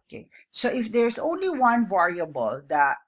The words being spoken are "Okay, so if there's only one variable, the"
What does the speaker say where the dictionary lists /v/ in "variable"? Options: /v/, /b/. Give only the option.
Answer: /v/